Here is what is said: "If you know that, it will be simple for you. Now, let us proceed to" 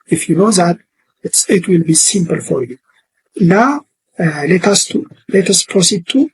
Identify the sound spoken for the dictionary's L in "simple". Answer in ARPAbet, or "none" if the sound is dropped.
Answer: L